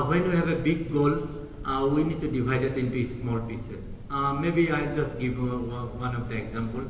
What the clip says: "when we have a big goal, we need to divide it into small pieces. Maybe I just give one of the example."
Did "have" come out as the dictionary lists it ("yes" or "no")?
no